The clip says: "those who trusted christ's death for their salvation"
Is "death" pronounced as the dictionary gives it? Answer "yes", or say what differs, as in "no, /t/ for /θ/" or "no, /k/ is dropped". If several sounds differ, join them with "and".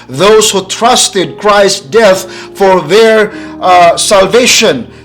yes